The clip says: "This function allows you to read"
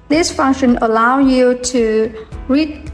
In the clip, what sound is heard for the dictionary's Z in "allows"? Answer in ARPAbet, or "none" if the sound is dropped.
none